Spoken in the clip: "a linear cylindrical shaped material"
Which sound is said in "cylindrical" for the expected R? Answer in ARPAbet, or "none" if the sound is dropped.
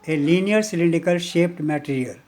none